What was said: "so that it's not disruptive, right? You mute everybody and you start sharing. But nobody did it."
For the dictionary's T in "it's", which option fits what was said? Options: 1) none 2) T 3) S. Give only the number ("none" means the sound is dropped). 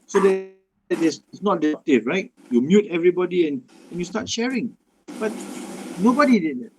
3